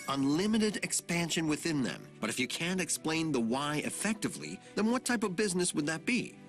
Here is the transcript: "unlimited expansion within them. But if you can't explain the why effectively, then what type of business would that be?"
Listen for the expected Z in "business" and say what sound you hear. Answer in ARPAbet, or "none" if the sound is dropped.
Z